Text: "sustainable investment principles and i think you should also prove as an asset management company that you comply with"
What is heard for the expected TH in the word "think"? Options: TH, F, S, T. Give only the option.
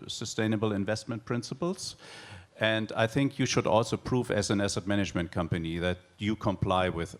TH